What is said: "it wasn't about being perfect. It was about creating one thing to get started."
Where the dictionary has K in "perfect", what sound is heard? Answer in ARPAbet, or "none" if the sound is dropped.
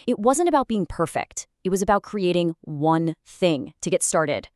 K